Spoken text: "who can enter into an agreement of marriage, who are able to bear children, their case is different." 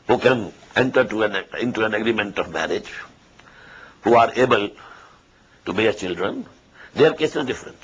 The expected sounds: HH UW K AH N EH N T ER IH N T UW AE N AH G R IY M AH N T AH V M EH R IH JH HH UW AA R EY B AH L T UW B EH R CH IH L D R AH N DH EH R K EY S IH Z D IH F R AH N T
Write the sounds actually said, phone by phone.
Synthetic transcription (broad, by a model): HH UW K AH N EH N T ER IH N T UW AE N AH G R IY M AH N T AH V M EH R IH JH HH UW AA R EY B AH L T UW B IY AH CH IH L D R AH N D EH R K EY S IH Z D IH F R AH N T